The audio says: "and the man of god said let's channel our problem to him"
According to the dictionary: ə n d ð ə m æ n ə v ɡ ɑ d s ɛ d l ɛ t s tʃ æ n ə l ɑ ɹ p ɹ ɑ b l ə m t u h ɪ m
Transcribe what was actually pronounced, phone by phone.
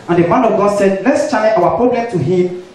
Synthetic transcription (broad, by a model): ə n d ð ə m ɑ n ə v ɡ ɑ d s ɛ d l ɛ t s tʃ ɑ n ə w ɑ p ɹ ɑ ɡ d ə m t u h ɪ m